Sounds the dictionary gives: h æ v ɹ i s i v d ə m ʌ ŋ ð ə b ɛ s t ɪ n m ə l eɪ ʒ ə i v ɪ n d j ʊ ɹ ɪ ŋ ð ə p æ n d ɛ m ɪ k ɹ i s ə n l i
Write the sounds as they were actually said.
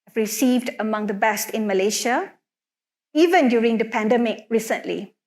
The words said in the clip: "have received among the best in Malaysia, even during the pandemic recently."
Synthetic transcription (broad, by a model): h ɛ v ɹ i s i v d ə m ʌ ŋ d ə b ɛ s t ɪ n m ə l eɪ ʃ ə i v ɪ n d j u ɹ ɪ ŋ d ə p æ n d ɛ m ɪ k ɹ i s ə n l i